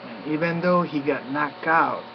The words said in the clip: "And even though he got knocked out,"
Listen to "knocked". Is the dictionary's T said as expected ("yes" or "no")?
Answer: no